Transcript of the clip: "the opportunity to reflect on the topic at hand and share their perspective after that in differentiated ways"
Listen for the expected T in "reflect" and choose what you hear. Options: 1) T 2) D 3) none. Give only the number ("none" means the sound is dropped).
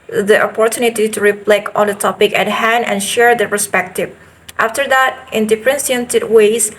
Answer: 3